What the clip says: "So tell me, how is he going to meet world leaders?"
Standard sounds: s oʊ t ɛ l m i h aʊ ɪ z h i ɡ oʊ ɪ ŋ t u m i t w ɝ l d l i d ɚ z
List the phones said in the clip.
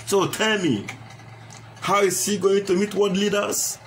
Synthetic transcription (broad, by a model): s oʊ t ɛ l m i h aʊ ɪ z h i ɡ oʊ ɪ ŋ t u m i t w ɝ d l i d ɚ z